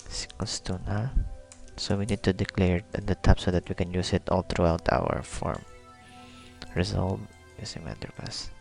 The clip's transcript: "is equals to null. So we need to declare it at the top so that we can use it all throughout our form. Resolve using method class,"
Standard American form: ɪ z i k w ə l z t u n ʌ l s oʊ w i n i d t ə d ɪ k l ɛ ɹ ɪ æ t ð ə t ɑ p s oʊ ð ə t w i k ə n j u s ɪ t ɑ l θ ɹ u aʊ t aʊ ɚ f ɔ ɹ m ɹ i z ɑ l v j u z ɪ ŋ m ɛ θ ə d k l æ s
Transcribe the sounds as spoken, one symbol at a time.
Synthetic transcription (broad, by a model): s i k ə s t u n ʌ s oʊ w i n i d t ə d ɪ k l ɛ ɹ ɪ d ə t ɑ p s oʊ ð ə t w i k ə n j u s ɪ t ɑ l t ɹ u aʊ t aʊ ɚ f ɔ ɹ m ɹ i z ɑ l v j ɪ s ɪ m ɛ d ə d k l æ s